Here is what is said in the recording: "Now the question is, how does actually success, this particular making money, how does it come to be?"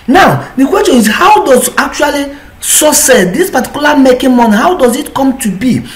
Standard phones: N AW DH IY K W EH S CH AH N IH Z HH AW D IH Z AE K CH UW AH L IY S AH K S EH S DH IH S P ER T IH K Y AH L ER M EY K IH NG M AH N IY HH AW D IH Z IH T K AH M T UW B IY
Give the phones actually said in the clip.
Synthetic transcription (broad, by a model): N AW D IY K W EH S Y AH N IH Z HH AW D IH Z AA K CH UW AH L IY S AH S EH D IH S P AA T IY K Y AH L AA M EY K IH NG M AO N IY HH AW D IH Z IH T K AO M T UW B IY